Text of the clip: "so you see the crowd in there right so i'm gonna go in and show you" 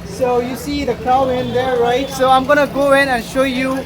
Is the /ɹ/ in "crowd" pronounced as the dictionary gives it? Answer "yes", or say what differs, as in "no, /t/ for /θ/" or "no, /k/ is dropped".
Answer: no, /ɹ/ is dropped